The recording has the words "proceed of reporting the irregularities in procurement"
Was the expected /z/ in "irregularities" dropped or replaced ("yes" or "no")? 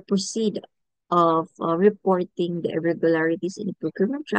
yes